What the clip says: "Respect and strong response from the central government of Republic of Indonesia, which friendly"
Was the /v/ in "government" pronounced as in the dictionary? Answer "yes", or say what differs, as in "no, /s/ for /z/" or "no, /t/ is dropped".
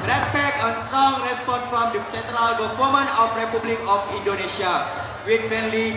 no, /f/ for /v/